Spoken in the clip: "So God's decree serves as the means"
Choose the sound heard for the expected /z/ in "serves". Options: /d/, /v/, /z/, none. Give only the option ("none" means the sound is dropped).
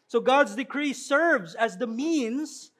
/z/